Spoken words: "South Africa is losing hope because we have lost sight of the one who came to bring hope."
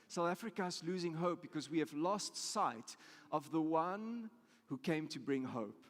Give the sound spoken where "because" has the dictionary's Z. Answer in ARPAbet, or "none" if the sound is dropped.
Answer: Z